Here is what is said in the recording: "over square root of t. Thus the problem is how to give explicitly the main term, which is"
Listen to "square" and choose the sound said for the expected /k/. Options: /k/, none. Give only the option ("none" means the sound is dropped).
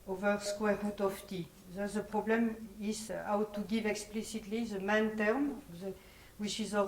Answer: /k/